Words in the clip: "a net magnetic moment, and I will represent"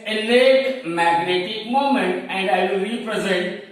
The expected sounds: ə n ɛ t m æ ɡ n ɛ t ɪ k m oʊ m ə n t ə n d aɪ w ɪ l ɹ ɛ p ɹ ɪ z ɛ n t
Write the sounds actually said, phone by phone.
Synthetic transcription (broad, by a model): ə l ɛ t m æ ɡ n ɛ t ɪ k m oʊ m ə n t ə n d aɪ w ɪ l ɹ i p ɹ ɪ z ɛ n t